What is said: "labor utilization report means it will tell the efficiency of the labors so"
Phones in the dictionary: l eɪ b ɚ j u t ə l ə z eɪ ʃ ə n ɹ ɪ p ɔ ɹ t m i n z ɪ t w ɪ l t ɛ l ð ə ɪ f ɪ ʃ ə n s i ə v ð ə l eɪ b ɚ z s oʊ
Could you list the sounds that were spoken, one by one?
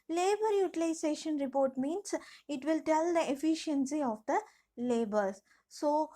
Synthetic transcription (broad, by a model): l eɪ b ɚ j u t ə l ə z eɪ ʃ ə n ɹ ɪ p ɔ ɹ t m i n s ɪ t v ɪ l t ɛ l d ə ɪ f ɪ ʃ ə n s i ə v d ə l eɪ b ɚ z s oʊ